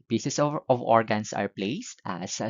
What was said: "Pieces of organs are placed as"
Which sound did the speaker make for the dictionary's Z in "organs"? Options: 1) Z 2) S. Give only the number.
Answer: 2